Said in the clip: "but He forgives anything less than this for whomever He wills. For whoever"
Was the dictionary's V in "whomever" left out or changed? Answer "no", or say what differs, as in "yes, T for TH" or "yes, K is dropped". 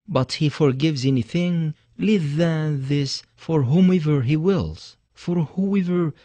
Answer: no